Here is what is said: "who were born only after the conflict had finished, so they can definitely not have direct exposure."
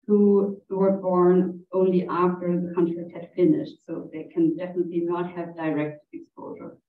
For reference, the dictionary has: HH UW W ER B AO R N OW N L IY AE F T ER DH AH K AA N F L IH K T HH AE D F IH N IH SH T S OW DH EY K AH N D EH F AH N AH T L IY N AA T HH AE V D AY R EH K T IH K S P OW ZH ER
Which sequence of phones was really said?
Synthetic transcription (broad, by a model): HH UW W ER B AO R N OW N L IY AE F T ER DH AH K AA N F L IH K T HH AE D F IH N IH SH T S OW DH EY K AH N D EH F AH N AH T L IY N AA T HH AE V D AY R EH K T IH K S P OW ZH ER